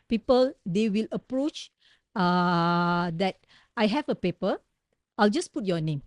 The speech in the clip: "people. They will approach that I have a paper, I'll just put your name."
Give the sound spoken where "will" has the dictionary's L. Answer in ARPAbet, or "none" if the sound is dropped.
L